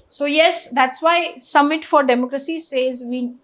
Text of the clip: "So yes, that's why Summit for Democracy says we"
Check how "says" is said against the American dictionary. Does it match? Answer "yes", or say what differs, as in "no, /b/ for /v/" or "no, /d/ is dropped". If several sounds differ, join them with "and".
yes